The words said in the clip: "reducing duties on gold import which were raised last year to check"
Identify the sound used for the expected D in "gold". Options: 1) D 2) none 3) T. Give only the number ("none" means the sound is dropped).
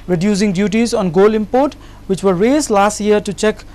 2